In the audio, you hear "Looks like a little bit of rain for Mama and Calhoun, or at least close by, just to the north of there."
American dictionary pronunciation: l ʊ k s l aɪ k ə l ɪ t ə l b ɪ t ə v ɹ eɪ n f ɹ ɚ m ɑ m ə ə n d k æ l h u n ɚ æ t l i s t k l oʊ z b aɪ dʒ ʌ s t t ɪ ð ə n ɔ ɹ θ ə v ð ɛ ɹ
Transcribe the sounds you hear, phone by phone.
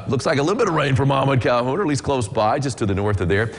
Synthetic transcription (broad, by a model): l ʊ k s l aɪ k ə l ɪ t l b ɪ t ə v ɹ eɪ n f ɹ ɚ m ɑ m ə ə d k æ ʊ h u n ɚ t l i s k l oʊ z b aɪ dʒ ʌ s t t ɪ ð ə n ɔ ɹ θ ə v ð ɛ ɹ